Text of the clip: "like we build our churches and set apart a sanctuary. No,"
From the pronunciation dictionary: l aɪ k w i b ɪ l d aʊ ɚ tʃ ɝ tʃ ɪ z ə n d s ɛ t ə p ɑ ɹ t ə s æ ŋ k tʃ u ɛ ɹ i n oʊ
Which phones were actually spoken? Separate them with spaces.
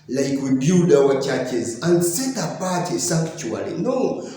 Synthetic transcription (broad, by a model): l aɪ k w i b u d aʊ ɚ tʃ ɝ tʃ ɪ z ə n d s ɛ t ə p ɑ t ə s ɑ k tʃ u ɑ l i n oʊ